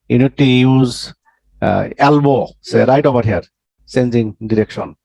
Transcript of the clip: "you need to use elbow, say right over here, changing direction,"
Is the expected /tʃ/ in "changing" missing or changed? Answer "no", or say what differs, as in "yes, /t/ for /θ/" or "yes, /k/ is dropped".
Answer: yes, /s/ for /tʃ/